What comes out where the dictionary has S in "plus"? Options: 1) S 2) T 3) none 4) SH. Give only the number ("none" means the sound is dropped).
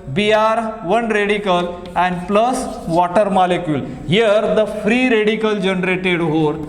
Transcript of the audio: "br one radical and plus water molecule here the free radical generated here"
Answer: 1